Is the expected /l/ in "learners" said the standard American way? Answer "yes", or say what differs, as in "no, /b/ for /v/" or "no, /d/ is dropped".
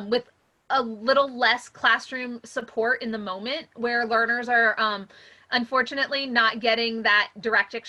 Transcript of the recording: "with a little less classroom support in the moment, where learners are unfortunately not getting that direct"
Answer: yes